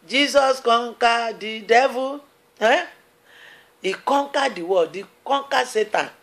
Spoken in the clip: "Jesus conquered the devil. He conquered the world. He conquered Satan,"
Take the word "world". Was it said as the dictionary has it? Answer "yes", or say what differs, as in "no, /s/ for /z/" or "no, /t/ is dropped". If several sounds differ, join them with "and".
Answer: no, /l/ is dropped